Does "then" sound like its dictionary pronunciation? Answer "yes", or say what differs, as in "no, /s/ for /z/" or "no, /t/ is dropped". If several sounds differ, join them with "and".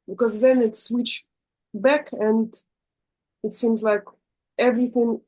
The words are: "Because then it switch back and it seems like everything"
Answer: yes